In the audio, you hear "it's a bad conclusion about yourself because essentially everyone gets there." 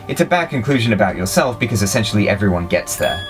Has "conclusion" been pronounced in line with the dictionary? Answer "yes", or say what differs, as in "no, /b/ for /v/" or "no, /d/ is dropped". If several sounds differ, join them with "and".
yes